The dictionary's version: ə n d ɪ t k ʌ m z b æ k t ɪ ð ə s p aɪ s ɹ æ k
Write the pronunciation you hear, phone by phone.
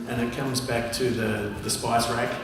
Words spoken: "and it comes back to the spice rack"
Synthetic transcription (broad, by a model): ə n ɪ t k ʌ m z b æ k t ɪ ð ə s p aɪ s ɹ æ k